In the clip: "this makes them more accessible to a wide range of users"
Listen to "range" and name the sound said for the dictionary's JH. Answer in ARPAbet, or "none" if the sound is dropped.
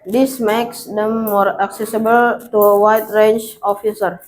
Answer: CH